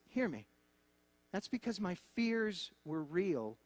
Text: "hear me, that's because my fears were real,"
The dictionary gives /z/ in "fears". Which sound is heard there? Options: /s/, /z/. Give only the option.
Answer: /z/